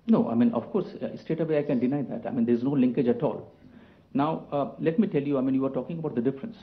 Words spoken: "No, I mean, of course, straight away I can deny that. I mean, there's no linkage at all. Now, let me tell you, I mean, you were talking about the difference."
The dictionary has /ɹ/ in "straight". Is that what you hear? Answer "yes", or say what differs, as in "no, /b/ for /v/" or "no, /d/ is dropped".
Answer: no, /ɹ/ is dropped